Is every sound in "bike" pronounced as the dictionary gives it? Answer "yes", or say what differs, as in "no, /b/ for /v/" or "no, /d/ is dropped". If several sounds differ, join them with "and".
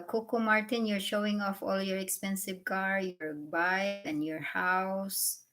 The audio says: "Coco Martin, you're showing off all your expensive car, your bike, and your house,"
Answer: no, /k/ is dropped